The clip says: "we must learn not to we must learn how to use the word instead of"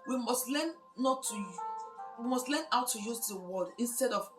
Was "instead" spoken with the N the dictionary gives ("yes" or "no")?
yes